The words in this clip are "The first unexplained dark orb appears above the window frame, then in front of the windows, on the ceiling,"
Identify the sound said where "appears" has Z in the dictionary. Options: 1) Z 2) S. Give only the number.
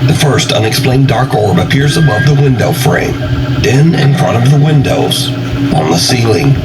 1